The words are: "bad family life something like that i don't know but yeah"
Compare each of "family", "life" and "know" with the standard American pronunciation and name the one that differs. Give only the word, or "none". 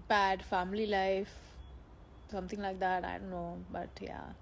none